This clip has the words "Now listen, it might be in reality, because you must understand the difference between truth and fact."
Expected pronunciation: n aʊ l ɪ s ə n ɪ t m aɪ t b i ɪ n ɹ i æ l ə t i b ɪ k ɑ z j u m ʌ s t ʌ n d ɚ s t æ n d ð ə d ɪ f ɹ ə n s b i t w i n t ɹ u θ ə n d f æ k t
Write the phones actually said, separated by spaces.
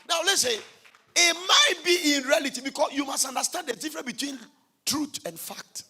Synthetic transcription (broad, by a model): n aʊ l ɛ s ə ɪ t m aɪ t b i ɪ n ɹ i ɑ l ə t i b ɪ k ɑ s j u m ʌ s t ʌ n d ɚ s t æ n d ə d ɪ f ɹ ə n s b i t w i n t ɹ u t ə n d f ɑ k t